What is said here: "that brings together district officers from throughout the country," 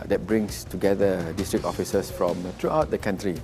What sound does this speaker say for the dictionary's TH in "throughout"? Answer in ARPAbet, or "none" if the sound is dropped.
T